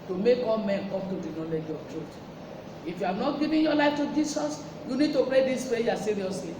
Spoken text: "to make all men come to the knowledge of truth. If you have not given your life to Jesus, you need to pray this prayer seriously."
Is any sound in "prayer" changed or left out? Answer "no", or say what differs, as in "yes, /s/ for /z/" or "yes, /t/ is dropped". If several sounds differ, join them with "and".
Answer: yes, /ɹ/ is dropped